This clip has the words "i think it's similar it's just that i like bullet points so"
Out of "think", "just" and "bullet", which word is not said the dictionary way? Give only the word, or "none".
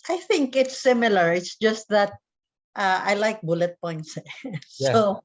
none